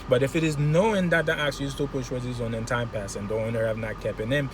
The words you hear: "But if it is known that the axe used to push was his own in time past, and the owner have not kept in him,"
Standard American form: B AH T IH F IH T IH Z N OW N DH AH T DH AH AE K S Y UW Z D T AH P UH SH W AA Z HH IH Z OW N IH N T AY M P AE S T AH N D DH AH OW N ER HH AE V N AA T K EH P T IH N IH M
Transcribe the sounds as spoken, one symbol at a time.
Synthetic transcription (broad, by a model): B AH T IH F IH T IH Z N OW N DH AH T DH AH AE K S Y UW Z T AH P UH SH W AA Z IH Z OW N IH N T AY M P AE S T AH N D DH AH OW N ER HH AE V N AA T K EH P IH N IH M